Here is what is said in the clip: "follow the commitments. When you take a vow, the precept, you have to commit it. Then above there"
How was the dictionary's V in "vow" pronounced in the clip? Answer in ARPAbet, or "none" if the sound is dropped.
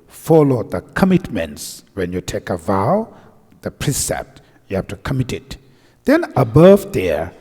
V